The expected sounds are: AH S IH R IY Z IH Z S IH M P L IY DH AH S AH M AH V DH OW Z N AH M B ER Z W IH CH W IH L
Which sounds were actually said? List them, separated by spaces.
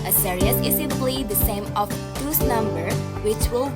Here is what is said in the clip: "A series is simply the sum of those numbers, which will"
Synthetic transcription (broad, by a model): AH S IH R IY S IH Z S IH P L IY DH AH S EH M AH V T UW S N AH M B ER W IH CH W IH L